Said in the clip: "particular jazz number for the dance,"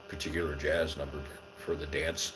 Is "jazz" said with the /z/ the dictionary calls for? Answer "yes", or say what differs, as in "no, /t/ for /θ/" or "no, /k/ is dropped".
yes